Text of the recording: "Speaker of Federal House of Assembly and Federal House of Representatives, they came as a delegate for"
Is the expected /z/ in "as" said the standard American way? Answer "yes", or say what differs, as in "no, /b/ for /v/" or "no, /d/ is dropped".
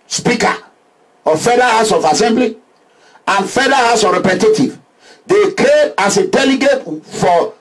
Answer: no, /s/ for /z/